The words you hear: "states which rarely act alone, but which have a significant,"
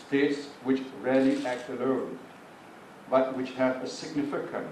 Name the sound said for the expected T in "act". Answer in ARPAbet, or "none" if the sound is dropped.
T